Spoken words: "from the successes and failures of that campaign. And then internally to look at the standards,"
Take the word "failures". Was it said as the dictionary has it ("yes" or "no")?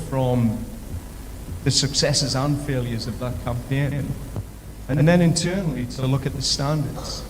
yes